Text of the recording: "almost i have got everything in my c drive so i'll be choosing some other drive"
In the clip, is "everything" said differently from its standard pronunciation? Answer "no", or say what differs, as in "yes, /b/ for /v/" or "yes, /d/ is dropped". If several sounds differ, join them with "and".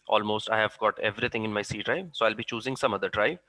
yes, /t/ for /θ/